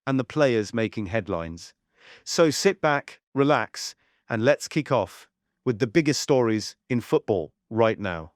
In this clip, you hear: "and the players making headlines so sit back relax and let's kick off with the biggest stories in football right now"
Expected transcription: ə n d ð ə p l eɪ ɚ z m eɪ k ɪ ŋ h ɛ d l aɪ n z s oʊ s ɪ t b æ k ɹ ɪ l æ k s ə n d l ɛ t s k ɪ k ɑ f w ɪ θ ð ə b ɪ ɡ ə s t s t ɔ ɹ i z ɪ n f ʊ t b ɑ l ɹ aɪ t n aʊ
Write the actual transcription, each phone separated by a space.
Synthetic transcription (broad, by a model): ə n ð ə p l eɪ ɚ z m eɪ k ɪ ŋ h ɛ d l aɪ n z s oʊ s ɪ t b æ k ɹ ɪ l æ k s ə n l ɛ t s k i k ɑ f w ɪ ð ə b ɪ ɡ ə s t s t ɔ ɹ i z ɪ n f ʊ t b ɑ l ɹ aɪ t n aʊ